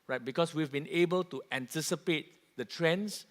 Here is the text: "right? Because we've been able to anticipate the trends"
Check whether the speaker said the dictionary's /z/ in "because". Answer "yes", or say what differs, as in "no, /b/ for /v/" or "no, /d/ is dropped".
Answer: no, /s/ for /z/